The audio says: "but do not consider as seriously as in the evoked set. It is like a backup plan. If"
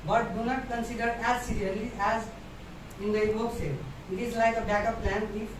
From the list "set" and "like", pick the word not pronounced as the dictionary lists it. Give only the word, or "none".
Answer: set